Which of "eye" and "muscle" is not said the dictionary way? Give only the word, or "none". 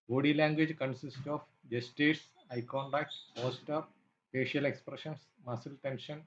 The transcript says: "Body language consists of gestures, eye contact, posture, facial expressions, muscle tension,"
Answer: none